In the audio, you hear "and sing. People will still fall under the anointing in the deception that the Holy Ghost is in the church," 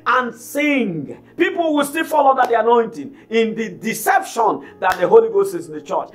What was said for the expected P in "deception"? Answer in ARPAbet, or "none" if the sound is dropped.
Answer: P